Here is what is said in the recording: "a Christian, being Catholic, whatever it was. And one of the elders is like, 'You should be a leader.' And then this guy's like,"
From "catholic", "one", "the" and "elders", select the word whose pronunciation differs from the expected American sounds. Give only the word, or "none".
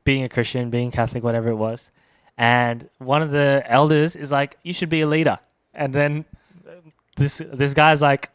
none